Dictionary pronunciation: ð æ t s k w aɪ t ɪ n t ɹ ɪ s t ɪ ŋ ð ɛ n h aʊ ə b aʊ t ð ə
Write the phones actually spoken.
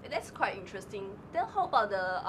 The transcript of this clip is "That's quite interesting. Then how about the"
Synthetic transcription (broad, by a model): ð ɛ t s k w aɪ t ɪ n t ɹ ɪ s t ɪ ŋ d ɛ l h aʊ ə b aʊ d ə